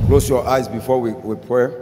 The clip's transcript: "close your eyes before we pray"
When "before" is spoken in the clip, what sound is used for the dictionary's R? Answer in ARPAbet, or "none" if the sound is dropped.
W